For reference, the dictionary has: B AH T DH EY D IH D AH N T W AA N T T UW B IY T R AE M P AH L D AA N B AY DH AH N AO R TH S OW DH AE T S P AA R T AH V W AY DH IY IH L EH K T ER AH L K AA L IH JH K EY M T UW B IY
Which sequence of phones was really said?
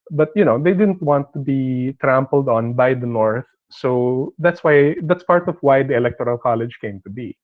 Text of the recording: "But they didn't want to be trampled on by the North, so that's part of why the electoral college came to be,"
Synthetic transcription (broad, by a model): B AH T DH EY D IH D AH N T W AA N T T UW B IY T R AE M P AH L D AA N B AY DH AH N AO R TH S OW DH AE T S P AA R T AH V W AY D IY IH L EH K T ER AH L K AA L IH JH K EY M T UW B IY